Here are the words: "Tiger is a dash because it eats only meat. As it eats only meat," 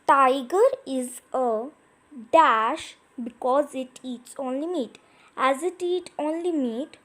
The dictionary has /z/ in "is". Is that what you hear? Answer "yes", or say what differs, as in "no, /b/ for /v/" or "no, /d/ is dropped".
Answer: yes